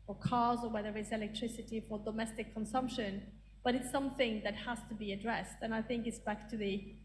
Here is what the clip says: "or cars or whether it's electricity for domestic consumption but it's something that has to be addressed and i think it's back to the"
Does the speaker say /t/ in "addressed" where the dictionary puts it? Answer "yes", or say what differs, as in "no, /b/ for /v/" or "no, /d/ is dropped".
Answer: yes